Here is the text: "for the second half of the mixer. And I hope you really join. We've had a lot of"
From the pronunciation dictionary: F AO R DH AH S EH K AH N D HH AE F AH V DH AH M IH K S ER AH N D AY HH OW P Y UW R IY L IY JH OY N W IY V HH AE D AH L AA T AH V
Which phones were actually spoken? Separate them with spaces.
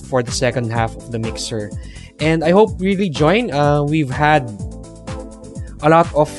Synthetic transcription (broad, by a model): F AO R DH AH S EH K AH N D HH AE F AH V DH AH M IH K S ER AH N D AY HH OW P R IY L IY JH OY N W IY V HH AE D AH L AA T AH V